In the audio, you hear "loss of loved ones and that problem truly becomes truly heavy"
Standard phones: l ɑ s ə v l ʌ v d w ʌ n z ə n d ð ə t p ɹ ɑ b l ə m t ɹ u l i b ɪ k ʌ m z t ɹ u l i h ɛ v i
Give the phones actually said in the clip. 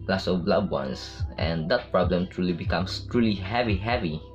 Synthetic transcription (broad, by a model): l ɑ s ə b l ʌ d w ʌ n s ə n d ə t p ɹ ɑ b l ə m t ɹ u l i b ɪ k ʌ m s t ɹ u l i h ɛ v i